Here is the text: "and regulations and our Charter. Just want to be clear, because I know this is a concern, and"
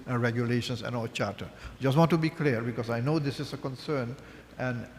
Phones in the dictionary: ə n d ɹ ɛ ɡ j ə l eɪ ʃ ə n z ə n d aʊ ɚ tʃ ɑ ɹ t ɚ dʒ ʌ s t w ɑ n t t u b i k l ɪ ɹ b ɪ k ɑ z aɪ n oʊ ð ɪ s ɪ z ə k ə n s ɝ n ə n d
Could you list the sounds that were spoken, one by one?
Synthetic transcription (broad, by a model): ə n ɹ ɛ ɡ j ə l eɪ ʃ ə n s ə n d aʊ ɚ tʃ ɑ ɹ t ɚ dʒ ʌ s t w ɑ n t t u b i k l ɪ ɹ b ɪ k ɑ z aɪ n oʊ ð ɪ s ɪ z ə k ə n s ɝ n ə n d